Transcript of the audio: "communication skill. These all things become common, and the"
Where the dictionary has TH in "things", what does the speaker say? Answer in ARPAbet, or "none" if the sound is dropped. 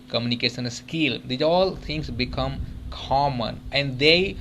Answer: T